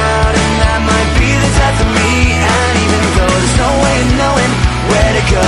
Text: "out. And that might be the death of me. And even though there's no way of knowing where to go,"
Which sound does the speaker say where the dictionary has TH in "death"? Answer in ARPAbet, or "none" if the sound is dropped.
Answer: F